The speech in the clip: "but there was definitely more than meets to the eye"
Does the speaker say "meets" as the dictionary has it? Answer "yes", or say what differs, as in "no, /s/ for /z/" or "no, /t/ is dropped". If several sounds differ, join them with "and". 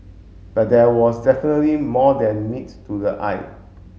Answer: no, /s/ is dropped